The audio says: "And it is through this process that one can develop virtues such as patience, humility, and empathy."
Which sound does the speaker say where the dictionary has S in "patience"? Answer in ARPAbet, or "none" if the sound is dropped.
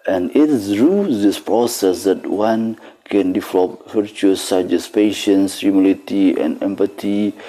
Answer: S